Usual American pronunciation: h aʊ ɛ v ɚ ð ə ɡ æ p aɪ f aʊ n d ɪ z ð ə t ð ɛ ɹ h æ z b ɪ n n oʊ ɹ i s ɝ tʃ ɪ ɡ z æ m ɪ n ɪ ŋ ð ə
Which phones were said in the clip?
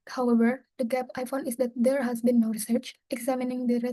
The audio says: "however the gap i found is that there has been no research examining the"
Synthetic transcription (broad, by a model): h aʊ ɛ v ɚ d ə ɡ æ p aɪ f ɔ n ɪ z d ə t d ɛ ɹ h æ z b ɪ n n oʊ ɹ i s ɝ tʃ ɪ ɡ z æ m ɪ n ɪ ŋ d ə